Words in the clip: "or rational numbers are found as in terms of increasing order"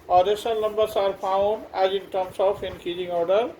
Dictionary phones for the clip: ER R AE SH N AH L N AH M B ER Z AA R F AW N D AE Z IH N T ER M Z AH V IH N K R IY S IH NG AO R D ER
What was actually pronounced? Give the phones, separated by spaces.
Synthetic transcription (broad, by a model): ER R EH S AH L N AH M B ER S AA R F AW N D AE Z IH N T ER M S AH F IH N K IY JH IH NG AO R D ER